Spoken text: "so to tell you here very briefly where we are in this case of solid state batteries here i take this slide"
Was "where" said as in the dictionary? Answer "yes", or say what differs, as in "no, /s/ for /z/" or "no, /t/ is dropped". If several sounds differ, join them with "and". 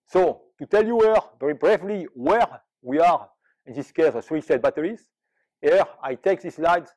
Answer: yes